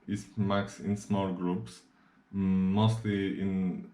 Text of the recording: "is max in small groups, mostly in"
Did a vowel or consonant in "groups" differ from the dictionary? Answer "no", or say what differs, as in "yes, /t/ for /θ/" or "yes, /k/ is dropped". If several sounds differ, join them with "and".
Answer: no